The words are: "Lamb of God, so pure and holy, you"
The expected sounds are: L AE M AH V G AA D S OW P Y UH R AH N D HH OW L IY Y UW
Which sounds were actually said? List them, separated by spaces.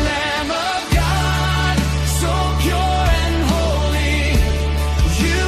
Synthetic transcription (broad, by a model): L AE M AH V G AA D S OW P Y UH R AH N HH OW L IY Y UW